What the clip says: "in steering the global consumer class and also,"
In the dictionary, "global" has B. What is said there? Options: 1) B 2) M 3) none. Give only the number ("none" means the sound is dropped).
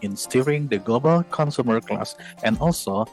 1